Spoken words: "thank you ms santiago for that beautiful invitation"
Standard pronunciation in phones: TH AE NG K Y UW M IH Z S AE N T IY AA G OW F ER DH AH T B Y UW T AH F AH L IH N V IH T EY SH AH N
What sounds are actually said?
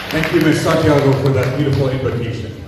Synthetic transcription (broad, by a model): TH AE NG K Y UW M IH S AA T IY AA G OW F ER DH AH T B Y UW T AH F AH L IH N V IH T EY SH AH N